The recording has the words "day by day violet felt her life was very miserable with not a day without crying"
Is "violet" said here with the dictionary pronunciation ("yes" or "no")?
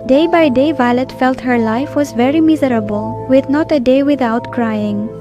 yes